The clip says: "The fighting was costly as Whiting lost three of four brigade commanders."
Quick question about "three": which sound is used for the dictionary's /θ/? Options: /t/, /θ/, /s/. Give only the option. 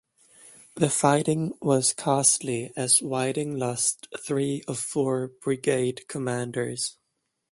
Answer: /θ/